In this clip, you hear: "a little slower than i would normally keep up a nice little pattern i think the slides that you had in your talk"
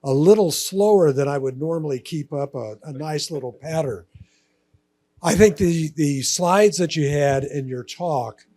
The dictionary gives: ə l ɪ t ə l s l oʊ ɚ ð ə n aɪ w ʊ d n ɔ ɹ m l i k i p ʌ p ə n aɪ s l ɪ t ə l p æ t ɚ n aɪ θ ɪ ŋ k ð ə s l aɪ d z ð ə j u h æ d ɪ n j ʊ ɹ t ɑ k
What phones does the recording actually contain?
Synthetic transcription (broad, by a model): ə l ɪ t l s l oʊ ɚ ð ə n aɪ w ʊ d n ɔ ɹ m l i k i p ʌ p ə n aɪ s l ɪ t l p æ t ɚ aɪ θ ɪ ŋ k ð ə s l aɪ d z ð ə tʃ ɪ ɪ d ɪ n j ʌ ɹ t ɑ k